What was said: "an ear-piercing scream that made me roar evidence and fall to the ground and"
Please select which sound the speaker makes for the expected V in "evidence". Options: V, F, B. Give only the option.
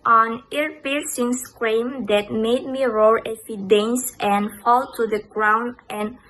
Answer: F